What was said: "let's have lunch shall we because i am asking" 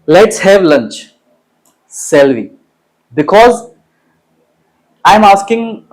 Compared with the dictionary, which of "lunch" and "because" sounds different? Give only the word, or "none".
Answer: none